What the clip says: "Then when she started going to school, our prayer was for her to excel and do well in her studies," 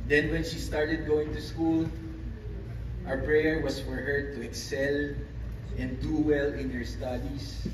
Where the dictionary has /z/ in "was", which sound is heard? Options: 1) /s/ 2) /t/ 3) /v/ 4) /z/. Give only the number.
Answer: 1